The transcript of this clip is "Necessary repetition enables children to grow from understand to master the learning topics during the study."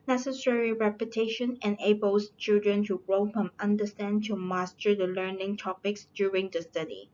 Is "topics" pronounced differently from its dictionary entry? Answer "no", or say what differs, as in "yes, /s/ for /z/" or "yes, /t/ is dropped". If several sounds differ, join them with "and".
no